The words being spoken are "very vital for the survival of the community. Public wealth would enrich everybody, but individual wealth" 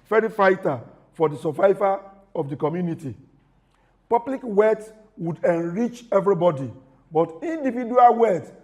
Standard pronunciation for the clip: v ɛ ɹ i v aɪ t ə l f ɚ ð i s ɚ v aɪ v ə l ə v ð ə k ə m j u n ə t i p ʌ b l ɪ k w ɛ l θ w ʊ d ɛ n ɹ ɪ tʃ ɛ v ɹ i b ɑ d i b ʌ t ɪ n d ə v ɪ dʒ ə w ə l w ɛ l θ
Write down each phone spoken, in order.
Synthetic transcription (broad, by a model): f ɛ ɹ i f aɪ t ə f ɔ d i s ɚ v aɪ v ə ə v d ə k ə m j u n ə t i p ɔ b l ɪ k w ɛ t w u d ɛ n ɹ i tʃ ɛ v ɹ i b ɑ d i b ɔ t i n d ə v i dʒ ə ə l w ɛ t